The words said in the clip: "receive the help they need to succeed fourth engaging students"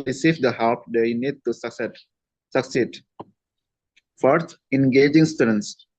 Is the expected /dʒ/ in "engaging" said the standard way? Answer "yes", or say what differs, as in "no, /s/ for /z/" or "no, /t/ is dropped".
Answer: yes